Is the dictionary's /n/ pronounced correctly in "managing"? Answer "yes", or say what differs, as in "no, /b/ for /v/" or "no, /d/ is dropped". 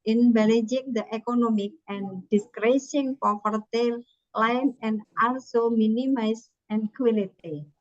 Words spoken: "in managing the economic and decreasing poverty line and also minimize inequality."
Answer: no, /l/ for /n/